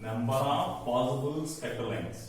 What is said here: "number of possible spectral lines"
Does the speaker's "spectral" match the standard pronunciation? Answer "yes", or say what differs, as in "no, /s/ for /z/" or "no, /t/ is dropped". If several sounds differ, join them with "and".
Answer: no, /ɹ/ is dropped